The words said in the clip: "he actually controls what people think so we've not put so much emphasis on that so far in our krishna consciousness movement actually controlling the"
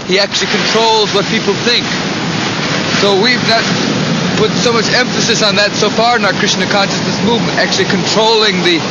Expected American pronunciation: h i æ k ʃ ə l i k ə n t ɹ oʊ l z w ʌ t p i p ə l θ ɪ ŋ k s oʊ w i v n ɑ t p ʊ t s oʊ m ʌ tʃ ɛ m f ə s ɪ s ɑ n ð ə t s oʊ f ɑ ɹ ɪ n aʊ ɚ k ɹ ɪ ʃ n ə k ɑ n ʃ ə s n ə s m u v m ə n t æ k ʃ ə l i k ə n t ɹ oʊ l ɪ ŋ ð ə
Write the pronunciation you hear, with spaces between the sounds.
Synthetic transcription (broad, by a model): h i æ k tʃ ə l i k ə n t ɹ oʊ l z w ʌ t p i p l θ ɪ ŋ k s oʊ w i v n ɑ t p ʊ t s oʊ m ʌ tʃ ɛ m f ə s ɪ s n ð ə t s oʊ f ɑ ɹ ɪ n aʊ ɚ k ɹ ɪ s n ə k ɑ n ʃ ə s n ə s m u v m ə n t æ k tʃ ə l i k ə n t ɹ oʊ l ɪ ŋ ð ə